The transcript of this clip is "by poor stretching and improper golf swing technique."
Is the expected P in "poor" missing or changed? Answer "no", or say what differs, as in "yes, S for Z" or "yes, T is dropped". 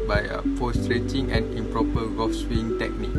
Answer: yes, F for P